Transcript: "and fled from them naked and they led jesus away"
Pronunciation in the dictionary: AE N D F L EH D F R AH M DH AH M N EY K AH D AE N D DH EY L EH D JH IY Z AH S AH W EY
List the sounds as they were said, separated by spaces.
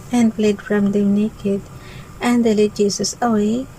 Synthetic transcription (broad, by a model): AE N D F L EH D F R AH M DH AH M N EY K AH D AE N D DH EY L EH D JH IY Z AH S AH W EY